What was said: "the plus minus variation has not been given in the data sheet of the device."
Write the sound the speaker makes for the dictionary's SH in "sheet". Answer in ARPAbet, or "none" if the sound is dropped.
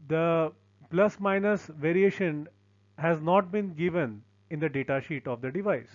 SH